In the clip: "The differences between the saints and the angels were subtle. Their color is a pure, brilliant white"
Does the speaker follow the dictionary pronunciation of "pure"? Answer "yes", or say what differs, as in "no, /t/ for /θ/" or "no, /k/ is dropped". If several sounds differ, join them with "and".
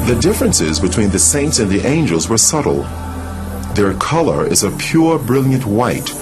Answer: yes